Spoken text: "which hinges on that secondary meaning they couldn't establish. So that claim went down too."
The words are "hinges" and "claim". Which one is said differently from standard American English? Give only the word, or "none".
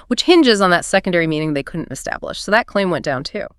none